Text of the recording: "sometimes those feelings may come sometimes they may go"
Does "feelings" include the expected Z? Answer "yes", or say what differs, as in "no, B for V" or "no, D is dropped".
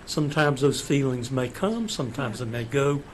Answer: yes